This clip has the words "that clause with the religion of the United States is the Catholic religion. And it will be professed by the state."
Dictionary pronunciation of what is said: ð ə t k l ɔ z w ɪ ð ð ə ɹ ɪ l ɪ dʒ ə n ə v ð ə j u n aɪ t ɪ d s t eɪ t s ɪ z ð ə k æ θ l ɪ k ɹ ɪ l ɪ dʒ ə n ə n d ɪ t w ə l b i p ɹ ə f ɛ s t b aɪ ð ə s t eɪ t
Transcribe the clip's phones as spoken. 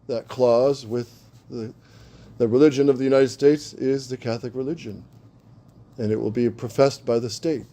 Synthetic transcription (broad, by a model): ð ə t k l ɔ z w ɪ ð ð ə ɹ ɪ l ɪ dʒ ə n ə v ð ə j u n aɪ t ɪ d s t eɪ t s ɪ z ð ə k æ θ l ɪ k ɹ ɪ l ɪ dʒ ə n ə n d ɪ t w ə l b i p ɹ ə f ɛ s t b aɪ ð ə s t eɪ t